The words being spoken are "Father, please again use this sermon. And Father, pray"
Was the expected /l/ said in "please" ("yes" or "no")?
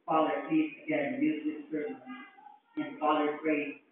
no